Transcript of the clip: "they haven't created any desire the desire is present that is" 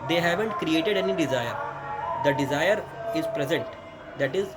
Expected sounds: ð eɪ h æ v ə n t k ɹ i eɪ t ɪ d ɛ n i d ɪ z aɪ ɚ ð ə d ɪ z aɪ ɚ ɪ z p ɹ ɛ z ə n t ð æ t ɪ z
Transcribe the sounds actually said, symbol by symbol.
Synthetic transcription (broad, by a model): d eɪ h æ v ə n t k ɹ i eɪ t ɪ d ɛ n i d ɪ z aɪ ɚ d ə d ɪ z aɪ ɚ ɪ z p ɹ ɛ z ə n t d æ t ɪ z